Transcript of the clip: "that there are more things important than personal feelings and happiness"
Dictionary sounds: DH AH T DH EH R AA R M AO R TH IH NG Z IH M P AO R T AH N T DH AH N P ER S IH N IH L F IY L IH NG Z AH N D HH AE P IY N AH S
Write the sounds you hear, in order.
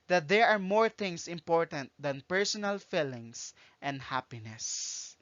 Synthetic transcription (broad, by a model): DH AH T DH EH R AA R M AO R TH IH NG S IH M P AO R T AH N T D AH N P ER S IH N IH L F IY L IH NG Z AH N D HH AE P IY N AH S